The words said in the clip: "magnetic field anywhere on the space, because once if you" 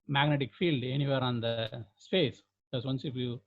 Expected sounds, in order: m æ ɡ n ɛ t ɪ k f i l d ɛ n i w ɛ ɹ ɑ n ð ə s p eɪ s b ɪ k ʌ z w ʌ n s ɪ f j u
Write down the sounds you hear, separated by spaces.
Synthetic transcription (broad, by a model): m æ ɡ n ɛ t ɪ k f i l d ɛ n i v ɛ ɹ ɑ n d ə s p eɪ s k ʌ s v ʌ n s ɪ f j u